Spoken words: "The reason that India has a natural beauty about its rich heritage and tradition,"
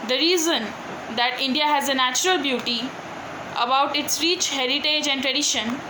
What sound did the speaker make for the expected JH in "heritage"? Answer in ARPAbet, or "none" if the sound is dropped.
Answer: JH